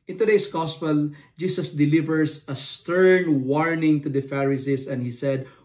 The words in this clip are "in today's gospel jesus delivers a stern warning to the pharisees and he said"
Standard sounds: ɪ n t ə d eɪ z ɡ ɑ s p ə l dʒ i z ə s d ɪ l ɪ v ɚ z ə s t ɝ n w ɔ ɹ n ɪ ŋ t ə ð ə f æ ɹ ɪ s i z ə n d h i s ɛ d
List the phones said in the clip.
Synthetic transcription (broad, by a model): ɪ n t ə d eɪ s ɡ ɑ s p ə l dʒ i s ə s d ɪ l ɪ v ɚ s ə s t ɝ n w ɔ ɹ n ɪ ŋ t ə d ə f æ ɹ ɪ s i s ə n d h i s ɛ d